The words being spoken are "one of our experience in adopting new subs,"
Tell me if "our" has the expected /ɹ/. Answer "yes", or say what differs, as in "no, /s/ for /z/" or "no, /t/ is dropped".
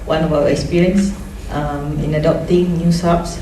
no, /w/ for /ɹ/